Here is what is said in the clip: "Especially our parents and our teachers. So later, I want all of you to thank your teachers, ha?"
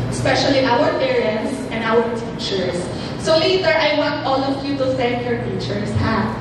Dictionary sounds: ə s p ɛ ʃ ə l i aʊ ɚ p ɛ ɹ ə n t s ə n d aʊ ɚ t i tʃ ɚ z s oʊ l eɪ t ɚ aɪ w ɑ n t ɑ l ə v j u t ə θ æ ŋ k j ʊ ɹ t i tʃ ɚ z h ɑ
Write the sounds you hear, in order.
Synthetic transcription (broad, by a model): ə s p ɛ ʃ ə l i aʊ ɚ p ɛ ɹ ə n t s ə n d aʊ ɚ t i tʃ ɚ s oʊ l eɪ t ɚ aɪ w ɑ n t ɑ l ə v j u t ə s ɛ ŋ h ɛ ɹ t i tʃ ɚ s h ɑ